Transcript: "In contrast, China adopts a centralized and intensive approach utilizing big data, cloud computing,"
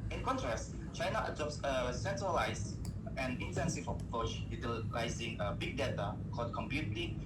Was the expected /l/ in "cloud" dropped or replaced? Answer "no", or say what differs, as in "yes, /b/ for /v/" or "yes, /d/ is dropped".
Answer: yes, /l/ is dropped